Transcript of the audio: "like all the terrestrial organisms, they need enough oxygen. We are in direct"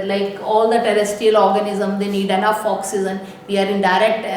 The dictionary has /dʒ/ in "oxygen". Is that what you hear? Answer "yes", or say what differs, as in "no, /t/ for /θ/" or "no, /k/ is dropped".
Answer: no, /z/ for /dʒ/